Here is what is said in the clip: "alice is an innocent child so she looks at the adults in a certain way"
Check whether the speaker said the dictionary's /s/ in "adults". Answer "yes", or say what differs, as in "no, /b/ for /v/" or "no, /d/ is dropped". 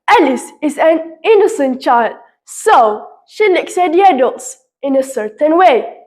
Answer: yes